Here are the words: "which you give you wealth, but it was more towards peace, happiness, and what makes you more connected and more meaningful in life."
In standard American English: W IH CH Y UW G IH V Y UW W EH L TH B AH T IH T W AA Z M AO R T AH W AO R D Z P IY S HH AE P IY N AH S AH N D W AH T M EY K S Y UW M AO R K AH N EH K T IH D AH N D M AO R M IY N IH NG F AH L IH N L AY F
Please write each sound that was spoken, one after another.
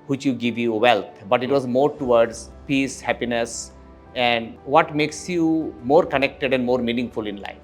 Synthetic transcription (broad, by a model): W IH CH Y UW G IH V Y UW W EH L T B AH T IH T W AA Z M AO R T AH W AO R D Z P IY S HH AE P IY N AH S AH N D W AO T M EY K S Y UW M AO R K AH N EH K T IH D AH N D M AO R M IY N IH NG F AH L IH N L AY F